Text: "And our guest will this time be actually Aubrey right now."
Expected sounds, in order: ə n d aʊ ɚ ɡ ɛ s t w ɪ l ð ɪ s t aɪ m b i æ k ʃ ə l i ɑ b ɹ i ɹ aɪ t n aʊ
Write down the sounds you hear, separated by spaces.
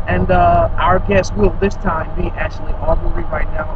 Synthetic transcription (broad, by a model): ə n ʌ aʊ ɚ ɡ ɛ s t w ɪ l ð ɪ s t aɪ m b i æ k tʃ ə l i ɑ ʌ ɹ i ɹ aɪ t n aʊ